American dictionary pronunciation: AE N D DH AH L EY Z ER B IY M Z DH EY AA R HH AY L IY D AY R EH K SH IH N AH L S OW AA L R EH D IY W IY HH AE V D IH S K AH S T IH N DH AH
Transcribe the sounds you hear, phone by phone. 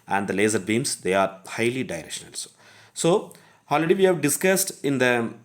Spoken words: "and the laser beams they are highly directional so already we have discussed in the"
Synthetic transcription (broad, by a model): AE N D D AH L EY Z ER B IY M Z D EY AA R HH AY L IY D AY R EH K SH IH N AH L S OW AA L R EH D IY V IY HH AE V D IH S K AH S T IH N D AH